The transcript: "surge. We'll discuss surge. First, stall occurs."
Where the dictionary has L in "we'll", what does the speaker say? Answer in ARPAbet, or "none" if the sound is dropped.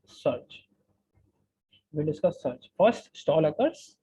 N